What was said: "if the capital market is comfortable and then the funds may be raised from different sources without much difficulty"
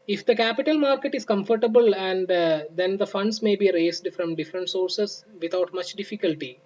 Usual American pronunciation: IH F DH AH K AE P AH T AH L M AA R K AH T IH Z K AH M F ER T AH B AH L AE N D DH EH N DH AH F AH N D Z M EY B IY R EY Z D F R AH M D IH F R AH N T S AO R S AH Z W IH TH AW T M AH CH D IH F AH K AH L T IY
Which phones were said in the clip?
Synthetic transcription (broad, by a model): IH F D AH K AE P AH T AH L M AA R K AH T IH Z K AH M F ER T AH B AH L AE N D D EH N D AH F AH N D S M EY B IY R EY S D F R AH M D IH F R AH N T S AO R S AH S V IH T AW T M AH CH D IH F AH K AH L T IY